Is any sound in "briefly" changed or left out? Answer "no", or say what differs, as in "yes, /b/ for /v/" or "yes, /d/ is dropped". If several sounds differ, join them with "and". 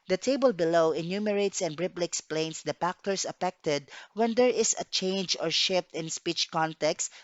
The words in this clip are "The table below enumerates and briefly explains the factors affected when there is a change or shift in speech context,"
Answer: yes, /p/ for /f/